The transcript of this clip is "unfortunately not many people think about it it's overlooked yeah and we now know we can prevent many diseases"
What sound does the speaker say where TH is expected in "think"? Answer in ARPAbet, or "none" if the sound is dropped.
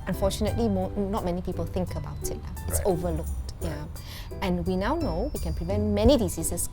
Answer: TH